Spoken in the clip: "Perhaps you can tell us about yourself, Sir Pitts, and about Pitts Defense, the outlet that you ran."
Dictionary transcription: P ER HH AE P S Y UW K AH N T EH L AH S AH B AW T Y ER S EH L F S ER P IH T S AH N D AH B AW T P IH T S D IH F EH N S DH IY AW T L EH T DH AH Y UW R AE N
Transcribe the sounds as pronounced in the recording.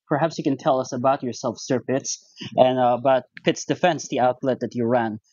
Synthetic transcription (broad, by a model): P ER HH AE P S Y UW K AH N T EH L AH S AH B AW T Y ER S EH L F S ER P IH T S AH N AH B AW T P IH T S D IH F EH N S DH IY AW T L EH T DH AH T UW R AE N